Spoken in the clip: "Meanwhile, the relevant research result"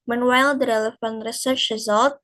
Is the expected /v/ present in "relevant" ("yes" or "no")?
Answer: no